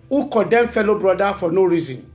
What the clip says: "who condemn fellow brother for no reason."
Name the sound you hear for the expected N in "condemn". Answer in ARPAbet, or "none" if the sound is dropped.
none